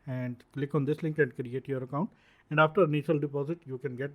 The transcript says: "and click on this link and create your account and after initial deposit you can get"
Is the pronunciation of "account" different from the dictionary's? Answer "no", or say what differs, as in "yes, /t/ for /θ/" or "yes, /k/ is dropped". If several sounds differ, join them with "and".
no